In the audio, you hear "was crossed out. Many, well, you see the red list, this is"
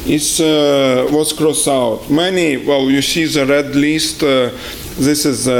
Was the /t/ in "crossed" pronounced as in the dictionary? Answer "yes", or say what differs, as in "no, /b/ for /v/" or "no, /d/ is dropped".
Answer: no, /t/ is dropped